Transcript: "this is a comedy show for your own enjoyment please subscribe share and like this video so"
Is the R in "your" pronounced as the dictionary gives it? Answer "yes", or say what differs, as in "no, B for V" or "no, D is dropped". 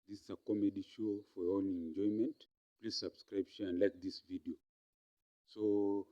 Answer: no, L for R